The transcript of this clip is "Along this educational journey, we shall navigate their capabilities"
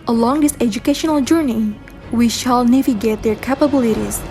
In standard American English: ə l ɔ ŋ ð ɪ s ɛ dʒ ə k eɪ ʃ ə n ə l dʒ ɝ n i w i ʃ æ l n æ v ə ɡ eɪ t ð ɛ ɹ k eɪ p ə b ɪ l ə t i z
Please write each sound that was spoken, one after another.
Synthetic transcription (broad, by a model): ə l ɔ ŋ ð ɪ s ɛ dʒ ə k eɪ ʃ ə n ə l dʒ ɝ n i w i ʃ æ l n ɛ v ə ɡ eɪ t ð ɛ ɹ k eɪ p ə b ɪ l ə t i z